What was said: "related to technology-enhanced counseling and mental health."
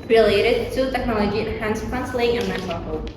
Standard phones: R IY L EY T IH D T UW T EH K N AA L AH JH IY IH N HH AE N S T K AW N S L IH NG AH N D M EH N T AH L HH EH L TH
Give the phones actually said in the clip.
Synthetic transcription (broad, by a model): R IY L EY T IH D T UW T EH K N AA L AH JH IY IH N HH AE N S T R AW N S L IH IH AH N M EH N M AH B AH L